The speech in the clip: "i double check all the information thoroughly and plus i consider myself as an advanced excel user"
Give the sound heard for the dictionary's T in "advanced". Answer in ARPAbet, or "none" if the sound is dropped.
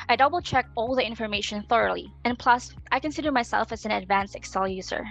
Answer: none